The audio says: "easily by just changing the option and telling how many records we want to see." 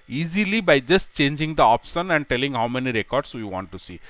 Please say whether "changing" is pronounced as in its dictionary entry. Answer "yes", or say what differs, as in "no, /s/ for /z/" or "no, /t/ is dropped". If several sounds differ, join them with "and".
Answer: yes